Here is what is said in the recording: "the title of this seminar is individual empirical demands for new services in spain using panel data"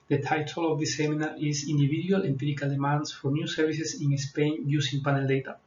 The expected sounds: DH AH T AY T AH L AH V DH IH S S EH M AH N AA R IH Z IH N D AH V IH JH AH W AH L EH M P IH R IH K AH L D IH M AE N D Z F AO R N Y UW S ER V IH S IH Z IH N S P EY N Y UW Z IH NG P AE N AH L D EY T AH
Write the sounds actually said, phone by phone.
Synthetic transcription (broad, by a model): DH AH T AY T AH L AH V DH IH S S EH M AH N AA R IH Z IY N D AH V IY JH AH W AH L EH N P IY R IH K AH L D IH M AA N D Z F AO R N Y UW S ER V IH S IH S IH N S P EY N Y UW S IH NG P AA N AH L D EY T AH